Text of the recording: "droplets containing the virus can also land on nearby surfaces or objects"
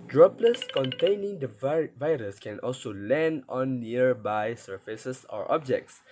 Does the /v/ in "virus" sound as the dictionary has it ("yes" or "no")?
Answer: yes